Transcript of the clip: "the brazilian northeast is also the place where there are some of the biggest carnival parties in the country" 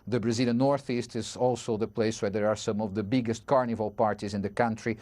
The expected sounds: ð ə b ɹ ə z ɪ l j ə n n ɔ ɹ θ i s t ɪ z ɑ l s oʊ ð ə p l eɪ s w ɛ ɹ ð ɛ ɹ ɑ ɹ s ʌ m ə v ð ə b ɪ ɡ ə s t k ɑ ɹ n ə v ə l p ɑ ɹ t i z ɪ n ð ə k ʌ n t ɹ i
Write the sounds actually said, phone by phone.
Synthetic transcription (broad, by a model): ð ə b ɹ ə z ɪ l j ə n n ɔ ɹ θ i s t ɪ z ɑ l s oʊ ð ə p l eɪ s w ɛ ɹ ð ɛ ɹ ɑ ɹ s ʌ m ə v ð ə b ɪ ɡ ə s t k ɑ ɹ n ə v ə l p ɑ ɹ t i z ɪ n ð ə k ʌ n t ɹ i